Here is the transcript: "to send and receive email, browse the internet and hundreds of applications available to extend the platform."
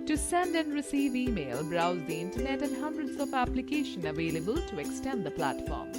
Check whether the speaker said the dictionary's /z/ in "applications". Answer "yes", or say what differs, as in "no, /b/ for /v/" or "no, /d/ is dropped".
no, /z/ is dropped